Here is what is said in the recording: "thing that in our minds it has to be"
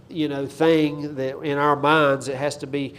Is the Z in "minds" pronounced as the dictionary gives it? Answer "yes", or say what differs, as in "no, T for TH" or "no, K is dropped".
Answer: yes